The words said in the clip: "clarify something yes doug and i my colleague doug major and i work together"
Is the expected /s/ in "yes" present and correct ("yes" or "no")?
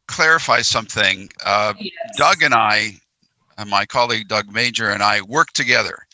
no